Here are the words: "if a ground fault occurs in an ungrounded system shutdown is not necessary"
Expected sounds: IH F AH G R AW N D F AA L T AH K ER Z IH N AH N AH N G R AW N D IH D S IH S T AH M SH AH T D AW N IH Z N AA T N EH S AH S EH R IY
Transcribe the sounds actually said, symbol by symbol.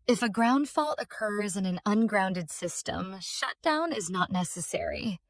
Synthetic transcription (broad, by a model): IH F AH G R AW N D F AA L T AH K ER Z IH N AH N AH N G R AW N D IH D S IH S T AH M SH AH T D AW N IH Z N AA T N EH S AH S EH R IY